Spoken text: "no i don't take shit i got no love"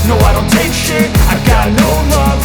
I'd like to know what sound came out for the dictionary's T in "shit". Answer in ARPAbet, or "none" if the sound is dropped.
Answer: none